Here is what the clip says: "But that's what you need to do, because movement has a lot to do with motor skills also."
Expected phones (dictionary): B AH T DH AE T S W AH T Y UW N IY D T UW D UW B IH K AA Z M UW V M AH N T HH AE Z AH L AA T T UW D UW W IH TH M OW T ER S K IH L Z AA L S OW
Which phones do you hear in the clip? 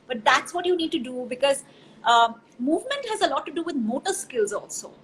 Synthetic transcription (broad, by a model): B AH T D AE T S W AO T Y UW N IY D T UW D UW B IH K AA Z M UW V M AH N T HH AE Z AH L AA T T UW D UW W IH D M OW T ER S K IH L Z AA L S OW